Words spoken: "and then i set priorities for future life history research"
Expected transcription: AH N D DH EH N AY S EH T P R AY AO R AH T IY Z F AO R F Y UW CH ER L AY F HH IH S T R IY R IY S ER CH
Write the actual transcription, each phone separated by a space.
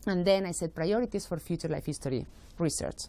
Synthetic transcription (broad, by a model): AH N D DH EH N AY S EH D P R AY AO R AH T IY S F AO R F Y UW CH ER L AY F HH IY S T R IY R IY S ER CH